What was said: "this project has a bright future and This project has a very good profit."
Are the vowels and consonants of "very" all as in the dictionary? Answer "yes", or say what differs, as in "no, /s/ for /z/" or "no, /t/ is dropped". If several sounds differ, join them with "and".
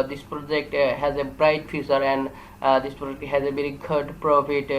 no, /b/ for /v/